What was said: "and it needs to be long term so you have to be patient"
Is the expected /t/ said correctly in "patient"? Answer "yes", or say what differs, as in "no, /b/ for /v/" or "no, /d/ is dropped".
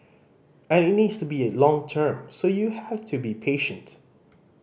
yes